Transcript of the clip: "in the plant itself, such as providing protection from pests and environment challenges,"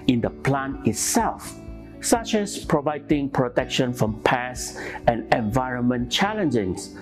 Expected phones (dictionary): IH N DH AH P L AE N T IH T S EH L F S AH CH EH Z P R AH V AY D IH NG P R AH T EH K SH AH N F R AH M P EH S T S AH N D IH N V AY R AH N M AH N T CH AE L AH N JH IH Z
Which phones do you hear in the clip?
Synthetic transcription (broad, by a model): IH N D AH P L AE N IH T S EH L F S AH CH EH S P R AH V AY D IH NG P R AH T EH K SH AH N F R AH M P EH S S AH N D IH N V AY R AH N M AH N CH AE L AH N JH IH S